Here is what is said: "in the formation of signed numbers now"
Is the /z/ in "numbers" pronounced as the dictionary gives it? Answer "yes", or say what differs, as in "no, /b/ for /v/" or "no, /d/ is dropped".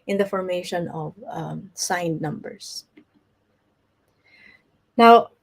no, /s/ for /z/